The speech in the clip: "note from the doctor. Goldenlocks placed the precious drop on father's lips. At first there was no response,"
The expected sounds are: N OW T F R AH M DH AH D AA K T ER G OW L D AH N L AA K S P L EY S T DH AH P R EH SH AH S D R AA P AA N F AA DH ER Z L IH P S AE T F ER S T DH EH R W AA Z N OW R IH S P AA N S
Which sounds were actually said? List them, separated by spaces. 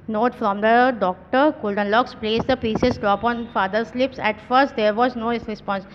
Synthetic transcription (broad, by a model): N OW T F R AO M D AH D AA K T ER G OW L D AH N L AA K S P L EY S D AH P IY S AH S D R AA P AA N F AA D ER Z L IH P S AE T F ER S T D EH R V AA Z N OW R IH S P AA N S